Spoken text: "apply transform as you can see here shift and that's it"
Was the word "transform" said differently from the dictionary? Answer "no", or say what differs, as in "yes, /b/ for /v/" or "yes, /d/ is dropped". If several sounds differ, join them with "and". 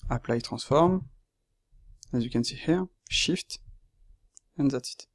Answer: yes, /n/ is dropped